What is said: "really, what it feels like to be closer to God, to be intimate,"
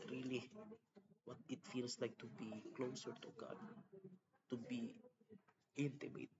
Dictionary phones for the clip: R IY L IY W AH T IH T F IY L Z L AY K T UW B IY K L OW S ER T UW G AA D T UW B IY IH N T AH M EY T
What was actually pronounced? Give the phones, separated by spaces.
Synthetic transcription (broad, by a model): R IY L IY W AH T IH T F IY L S L AY K T UW B IY K L OW S ER T UW G AA D T UW B IY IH N T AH M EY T